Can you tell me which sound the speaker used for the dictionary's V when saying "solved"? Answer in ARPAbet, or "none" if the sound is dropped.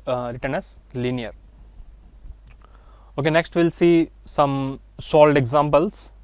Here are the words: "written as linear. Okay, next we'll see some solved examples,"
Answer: none